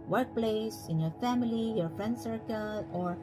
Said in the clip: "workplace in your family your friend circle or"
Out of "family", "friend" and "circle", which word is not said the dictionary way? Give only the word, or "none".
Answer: none